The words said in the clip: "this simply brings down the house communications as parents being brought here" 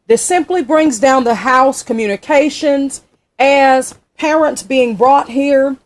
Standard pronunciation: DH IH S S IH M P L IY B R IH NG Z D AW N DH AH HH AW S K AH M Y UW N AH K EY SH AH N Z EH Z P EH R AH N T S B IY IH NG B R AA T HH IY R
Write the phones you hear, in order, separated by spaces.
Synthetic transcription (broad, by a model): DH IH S S IH M P L IY B R IH NG Z D AW N DH AH HH AW S K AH M Y UW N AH K EY SH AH N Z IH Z P EH R AH N T S B IY IH NG B R AA T HH IY R